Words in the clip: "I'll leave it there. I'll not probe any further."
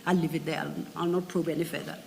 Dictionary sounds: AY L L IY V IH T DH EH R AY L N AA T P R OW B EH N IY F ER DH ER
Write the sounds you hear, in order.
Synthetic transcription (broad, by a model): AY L L IY V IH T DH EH L AY L N AA T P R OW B EH N IY F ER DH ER